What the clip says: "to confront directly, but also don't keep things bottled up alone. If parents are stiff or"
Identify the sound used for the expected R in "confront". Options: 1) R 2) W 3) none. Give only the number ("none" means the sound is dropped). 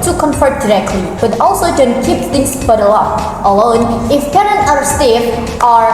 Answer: 3